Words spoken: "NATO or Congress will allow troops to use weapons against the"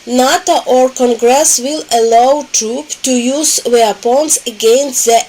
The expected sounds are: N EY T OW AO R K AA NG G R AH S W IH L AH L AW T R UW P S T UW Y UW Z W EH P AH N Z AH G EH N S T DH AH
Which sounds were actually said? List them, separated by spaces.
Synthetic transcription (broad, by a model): N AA T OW AO R K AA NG G R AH S W IH L AH L AW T R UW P T UW Y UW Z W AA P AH N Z AH G EH N S T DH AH